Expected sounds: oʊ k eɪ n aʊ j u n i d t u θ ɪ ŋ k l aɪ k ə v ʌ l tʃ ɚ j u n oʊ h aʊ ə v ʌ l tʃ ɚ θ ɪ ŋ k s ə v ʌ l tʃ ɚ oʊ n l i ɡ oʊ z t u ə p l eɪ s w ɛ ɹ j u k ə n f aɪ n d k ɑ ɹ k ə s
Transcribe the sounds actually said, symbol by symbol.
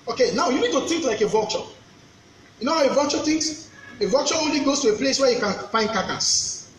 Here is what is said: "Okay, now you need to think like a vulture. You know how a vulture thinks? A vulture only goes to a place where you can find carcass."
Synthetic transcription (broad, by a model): oʊ k eɪ n aʊ j u n i d t u t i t l aɪ k ə v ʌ tʃ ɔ j u n oʊ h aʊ ə v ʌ tʃ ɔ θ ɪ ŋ s ə v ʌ tʃ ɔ oʊ n l i ɡ oʊ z t u ə p l eɪ s w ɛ j u k ə n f aɪ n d k ɑ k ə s